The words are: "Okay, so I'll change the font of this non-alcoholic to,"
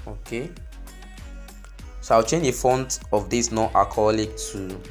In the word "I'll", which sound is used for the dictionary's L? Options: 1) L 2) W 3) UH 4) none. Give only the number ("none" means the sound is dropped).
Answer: 2